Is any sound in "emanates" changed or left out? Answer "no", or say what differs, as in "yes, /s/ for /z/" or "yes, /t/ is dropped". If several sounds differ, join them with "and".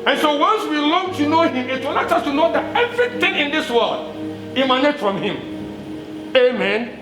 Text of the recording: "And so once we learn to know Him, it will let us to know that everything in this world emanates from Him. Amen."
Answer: yes, /s/ is dropped